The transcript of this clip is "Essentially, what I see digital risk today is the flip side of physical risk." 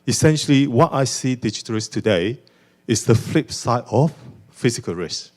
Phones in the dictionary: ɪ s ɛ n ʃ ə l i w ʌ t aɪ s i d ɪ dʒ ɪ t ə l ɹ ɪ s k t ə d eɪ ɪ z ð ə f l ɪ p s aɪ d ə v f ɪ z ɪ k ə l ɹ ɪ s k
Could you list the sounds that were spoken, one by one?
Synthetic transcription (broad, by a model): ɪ s ɛ n ʃ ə l i w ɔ t aɪ s i d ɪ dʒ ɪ t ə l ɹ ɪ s t ə d eɪ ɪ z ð ə f l ɪ p s aɪ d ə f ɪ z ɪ k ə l ɹ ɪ s